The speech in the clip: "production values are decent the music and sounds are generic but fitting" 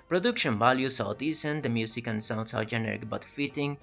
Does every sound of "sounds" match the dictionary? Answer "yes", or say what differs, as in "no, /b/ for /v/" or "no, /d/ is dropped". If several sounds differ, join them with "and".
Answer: no, /s/ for /z/